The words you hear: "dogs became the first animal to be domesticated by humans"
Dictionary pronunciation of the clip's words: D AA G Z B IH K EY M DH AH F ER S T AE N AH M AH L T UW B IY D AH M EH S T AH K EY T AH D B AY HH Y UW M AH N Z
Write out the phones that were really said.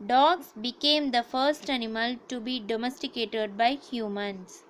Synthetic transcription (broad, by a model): D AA G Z B IH K EY M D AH F ER S T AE N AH M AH L T UW B IY D AH M EH S T AH K EY T AH D B AY HH Y UW M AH N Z